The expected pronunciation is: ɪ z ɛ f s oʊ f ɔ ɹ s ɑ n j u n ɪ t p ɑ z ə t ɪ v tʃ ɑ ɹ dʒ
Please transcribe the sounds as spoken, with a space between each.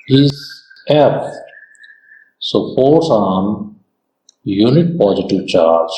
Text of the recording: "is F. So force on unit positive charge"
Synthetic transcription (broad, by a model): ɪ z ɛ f s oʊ p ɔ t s ɑ n j u n ɪ t p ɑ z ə t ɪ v tʃ ɑ ɹ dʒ